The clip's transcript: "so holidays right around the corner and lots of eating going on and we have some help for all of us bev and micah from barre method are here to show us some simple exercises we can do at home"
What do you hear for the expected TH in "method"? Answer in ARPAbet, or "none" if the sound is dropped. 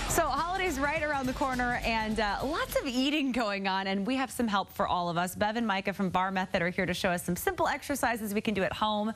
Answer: TH